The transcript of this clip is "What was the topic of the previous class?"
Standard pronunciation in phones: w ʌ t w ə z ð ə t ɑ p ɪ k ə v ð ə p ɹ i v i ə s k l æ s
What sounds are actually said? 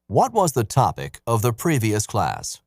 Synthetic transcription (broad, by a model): w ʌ t w ə z ð ə t ɑ p ɪ k ə v ð ə p ɹ i v i ə s k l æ s